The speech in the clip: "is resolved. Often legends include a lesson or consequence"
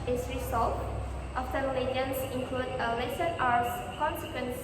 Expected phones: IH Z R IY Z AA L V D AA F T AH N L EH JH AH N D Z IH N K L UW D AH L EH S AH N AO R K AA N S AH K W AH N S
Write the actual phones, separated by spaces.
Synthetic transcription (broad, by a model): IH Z R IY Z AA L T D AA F S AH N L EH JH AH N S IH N K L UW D AH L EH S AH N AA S K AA N S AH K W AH N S